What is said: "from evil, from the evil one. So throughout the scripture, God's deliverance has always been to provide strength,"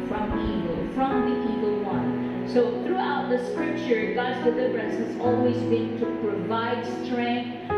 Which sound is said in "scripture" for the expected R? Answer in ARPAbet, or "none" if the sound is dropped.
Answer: R